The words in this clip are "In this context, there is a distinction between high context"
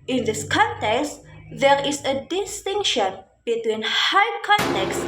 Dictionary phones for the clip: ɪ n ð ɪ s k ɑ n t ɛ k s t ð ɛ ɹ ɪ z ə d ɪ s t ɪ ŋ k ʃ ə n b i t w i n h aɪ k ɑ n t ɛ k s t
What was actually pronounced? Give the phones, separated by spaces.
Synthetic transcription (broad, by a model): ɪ n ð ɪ s k ɑ n t ɛ k s t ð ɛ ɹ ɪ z ə d ɪ s t ɪ ŋ k ʃ ə n b i t w i n h aɪ k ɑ n t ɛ k s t